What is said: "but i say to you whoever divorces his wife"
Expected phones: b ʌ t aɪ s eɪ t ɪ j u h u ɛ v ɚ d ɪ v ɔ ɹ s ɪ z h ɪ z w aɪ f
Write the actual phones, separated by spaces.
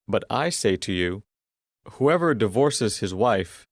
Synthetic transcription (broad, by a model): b ʌ t aɪ s eɪ t ɪ j u h u ɛ v ɚ d ɪ v ɔ ɹ s ɪ z h ɪ z w aɪ f